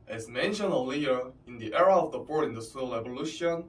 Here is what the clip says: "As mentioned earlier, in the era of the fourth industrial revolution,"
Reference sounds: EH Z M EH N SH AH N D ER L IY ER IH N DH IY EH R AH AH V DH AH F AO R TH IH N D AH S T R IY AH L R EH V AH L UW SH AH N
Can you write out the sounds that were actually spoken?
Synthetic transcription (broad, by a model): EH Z M EH N SH AH N D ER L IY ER IH N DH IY EH R AH AH V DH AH P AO R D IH N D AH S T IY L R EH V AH L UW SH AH N